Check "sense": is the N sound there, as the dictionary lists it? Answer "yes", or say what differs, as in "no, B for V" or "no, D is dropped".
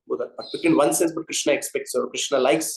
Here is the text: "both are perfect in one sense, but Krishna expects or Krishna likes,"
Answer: no, N is dropped